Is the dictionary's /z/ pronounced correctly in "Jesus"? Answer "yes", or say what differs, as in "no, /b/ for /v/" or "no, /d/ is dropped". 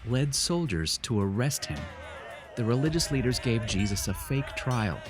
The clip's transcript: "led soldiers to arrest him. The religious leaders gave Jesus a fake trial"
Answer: yes